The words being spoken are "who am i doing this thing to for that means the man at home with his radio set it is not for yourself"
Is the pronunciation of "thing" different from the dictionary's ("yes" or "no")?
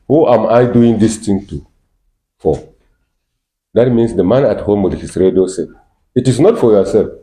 yes